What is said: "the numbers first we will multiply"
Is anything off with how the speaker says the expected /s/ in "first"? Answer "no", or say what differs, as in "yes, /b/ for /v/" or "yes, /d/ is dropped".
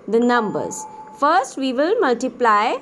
no